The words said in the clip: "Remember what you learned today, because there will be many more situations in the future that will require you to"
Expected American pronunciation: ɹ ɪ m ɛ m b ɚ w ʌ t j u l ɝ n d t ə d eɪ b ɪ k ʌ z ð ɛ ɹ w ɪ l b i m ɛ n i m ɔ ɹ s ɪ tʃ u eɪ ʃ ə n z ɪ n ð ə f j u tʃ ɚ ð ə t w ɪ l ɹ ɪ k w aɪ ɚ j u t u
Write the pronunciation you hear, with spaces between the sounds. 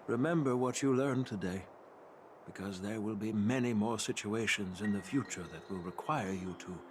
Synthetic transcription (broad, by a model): ɹ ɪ m ɛ m b ɚ w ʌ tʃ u l ɝ n t ə d eɪ b ɪ k ʌ z ð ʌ ɹ w ɪ l b i m ɛ n i m ɔ ɹ s ɪ tʃ u eɪ ʃ ə n z ɪ n ð ə f j u tʃ ɚ ð ə t w ɪ l ɹ ɪ k w aɪ ɚ j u t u